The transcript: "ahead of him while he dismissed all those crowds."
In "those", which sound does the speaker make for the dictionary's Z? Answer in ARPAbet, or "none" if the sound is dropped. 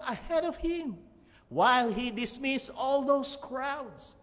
S